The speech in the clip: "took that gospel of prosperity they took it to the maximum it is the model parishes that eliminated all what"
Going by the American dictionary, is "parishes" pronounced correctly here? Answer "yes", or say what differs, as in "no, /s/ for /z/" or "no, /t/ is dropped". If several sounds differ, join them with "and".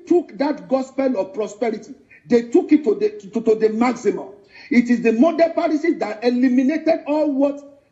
no, /s/ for /ʃ/